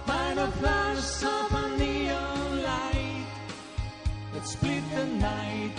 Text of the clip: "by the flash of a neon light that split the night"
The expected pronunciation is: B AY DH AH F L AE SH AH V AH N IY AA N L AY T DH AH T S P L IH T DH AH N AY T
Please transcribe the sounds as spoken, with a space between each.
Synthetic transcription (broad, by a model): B AY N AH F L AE S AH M AH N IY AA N L AY T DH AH T S P L IH T DH AH N AY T